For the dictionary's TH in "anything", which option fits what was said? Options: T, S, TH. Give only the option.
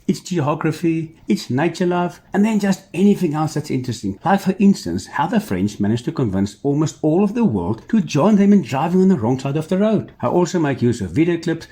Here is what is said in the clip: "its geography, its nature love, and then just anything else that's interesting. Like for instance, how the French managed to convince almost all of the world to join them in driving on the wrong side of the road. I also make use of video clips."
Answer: TH